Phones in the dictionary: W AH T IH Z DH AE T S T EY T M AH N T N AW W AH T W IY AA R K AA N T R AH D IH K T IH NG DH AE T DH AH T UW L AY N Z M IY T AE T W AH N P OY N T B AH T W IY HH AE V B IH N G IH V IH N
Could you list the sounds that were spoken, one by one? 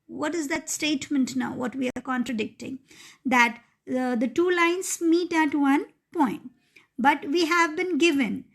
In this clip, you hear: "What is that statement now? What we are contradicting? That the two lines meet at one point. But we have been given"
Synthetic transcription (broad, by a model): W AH T IH Z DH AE T S T EY T M AH N T N AW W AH T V IY AA R K AA N T R AH D IH K T IH NG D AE T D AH T UW L AY N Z M IY T AE T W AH N P OY N T B AH T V IY HH AE V B IH N G IH V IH N